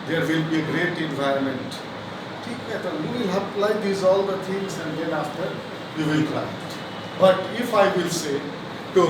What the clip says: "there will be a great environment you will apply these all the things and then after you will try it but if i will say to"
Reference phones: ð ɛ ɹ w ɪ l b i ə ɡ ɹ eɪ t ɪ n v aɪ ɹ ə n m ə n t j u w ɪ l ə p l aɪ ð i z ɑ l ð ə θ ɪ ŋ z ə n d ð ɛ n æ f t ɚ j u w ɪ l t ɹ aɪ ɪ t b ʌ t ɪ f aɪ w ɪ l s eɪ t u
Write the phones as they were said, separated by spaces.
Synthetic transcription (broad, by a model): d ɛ ɹ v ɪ l b i ə ɡ ɹ eɪ t ɪ n v aɪ ɹ ə n m ə n t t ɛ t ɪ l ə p l aɪ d i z ɑ l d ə t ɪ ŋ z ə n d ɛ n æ f t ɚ j u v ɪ l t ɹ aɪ ɪ t b ʌ t ɪ f aɪ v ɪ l s eɪ t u